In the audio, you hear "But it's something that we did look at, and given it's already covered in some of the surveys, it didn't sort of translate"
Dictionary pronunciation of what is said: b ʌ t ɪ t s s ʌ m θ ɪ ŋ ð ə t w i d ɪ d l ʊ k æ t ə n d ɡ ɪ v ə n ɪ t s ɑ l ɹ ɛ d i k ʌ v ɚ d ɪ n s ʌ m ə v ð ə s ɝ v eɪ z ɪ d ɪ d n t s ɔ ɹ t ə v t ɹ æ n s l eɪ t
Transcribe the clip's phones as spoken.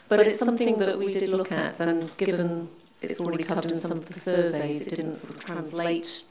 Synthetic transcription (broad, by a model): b ʌ t ɪ t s s ʌ m θ ɪ ŋ ð ə t w i d ɪ d l ʊ k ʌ t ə n ɡ ɪ v ə n ɪ t s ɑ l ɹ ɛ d i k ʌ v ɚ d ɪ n s ʌ m ə v ð ə s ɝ v eɪ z ɪ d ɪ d n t s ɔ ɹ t ə v t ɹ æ n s l eɪ t